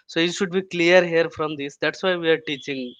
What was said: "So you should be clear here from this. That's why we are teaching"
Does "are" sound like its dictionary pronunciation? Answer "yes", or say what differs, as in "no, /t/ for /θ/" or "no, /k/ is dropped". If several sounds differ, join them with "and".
yes